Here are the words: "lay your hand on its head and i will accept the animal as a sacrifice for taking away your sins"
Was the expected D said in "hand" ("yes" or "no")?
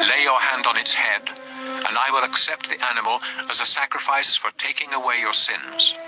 yes